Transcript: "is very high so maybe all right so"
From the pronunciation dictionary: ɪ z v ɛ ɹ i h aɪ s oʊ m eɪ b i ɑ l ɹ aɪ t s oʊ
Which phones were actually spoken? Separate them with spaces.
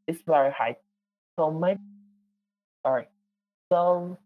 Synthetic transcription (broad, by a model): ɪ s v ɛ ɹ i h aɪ s oʊ m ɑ i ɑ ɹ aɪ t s oʊ